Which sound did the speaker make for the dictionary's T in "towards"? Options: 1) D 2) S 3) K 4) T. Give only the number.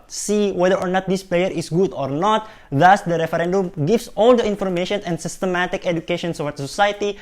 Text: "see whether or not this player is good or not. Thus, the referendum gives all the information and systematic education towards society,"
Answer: 2